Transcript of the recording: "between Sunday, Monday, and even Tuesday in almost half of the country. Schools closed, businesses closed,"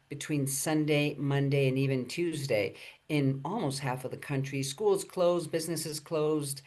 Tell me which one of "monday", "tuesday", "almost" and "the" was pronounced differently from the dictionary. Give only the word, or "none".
none